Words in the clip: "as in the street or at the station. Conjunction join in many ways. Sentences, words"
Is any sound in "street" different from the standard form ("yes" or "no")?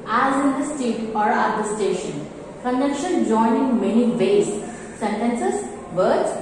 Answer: yes